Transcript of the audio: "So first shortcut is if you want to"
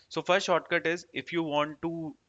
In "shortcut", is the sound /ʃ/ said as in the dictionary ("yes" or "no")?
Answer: yes